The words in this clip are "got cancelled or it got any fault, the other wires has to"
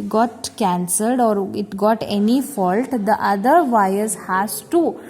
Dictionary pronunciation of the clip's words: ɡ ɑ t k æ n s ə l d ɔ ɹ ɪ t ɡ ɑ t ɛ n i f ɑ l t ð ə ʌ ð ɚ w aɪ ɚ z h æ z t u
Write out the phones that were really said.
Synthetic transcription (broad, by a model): ɡ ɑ t k æ n s ə l d ɔ ɹ ɪ t ɡ ɑ t ɛ n i f ɑ l t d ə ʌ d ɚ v aɪ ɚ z h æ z t u